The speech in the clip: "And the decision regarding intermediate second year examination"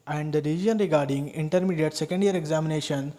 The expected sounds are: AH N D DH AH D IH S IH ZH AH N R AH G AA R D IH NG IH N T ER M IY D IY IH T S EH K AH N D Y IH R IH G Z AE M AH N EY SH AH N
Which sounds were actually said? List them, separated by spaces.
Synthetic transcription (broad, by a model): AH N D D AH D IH IY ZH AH N R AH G AA R D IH NG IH N T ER M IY D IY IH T S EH K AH N D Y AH R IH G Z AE M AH N EY SH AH N